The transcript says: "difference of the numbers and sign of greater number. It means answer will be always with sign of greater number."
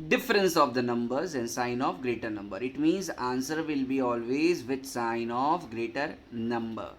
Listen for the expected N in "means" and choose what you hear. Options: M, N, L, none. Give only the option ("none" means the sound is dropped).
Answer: N